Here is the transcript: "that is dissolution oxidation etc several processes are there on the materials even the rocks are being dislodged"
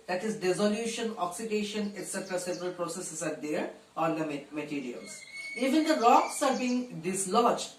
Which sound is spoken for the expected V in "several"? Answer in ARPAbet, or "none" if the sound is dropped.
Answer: P